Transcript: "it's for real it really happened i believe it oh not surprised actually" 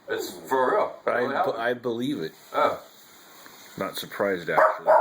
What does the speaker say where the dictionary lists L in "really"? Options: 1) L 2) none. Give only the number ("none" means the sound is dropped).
2